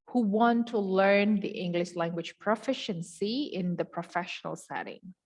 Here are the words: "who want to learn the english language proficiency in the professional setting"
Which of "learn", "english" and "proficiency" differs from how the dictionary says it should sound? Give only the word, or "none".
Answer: none